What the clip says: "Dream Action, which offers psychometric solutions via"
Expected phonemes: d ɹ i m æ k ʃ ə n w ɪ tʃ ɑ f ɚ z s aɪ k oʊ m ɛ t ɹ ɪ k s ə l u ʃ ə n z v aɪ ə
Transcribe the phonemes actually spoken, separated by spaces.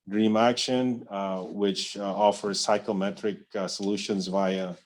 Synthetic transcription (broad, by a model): d ɹ i m æ k ʃ ə n w ɪ tʃ ɑ f ɚ z s aɪ k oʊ m ɛ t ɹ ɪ k s ə l u ʃ ə n z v aɪ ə